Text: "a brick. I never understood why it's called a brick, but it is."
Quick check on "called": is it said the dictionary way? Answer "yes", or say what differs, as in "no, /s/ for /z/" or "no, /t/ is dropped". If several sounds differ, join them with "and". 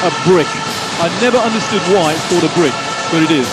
no, /l/ is dropped